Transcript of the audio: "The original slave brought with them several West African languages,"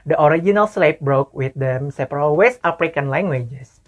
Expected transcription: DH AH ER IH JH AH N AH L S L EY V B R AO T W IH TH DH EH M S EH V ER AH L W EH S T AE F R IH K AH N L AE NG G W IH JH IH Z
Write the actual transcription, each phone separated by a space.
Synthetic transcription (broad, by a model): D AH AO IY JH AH N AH L S L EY P B R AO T W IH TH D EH M S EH P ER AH L W EH S T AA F R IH K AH N L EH NG G W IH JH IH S